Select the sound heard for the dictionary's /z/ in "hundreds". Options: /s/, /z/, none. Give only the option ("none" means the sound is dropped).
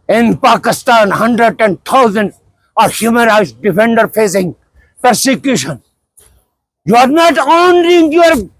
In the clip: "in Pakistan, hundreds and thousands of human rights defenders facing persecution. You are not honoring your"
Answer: none